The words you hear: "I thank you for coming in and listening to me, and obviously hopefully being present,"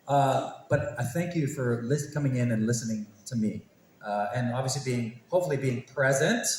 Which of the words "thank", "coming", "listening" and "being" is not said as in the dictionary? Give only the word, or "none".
none